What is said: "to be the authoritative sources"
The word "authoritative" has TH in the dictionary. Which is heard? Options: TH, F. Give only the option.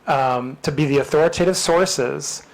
TH